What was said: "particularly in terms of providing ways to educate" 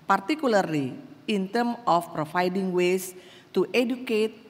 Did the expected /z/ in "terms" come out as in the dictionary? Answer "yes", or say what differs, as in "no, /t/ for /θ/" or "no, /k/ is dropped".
no, /z/ is dropped